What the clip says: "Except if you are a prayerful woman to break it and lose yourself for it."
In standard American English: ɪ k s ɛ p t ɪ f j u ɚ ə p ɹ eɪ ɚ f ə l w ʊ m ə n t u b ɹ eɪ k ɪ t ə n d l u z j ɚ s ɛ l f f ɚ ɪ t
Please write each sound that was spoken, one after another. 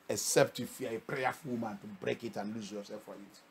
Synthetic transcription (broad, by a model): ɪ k s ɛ p t ɪ f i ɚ ə p ɹ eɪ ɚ f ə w m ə n t u b ɹ eɪ k ɪ t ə n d l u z j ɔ s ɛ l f f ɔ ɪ t